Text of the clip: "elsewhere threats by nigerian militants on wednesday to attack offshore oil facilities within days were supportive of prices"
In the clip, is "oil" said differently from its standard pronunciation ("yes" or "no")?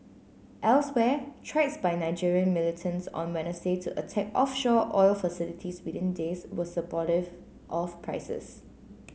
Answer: no